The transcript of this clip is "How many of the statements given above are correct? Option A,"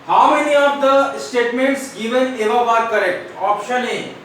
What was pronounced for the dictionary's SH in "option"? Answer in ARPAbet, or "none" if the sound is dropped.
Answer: SH